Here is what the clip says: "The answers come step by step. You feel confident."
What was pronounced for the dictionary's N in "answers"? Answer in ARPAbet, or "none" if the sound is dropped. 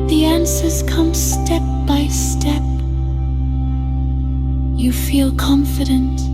N